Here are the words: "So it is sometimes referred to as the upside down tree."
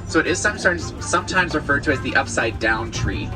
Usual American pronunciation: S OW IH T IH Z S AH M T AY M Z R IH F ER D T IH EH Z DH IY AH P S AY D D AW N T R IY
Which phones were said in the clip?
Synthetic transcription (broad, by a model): S OW IH T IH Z S AH M T AY M Z R IH F ER D T IH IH Z DH IY AH P S AY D D AW N T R IY